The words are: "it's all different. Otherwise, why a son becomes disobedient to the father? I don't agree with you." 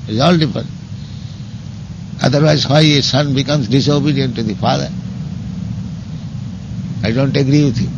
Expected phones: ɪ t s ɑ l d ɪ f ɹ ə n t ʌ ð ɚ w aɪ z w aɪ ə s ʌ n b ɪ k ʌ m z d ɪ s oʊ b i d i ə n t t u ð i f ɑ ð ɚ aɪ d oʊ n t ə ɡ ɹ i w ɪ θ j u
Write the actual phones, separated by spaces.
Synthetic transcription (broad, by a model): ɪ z ɑ l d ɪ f ə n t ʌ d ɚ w aɪ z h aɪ ə s ʌ n b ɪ k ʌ m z d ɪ s oʊ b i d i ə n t t u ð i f ɑ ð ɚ aɪ d oʊ n t ə ɡ ɹ i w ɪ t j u